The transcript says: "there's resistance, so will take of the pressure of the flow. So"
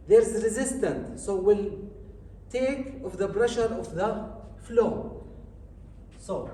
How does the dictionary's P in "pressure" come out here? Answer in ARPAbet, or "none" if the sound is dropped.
B